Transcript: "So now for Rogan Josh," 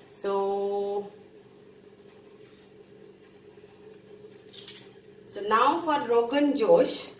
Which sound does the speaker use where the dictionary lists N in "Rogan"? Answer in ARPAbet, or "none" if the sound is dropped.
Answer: N